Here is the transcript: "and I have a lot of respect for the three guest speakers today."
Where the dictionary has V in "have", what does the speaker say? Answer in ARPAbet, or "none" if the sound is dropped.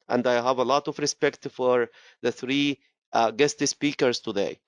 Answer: V